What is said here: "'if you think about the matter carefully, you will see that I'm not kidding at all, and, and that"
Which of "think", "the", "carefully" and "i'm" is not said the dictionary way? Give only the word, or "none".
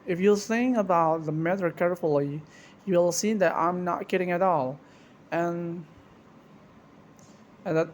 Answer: think